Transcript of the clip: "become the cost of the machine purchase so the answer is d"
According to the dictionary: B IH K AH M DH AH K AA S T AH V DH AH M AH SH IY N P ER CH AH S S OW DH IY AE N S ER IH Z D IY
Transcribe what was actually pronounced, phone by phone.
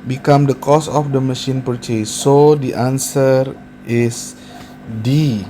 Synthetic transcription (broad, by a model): B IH K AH M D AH K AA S AH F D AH M AH SH IY N P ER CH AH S S OW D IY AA N S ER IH S D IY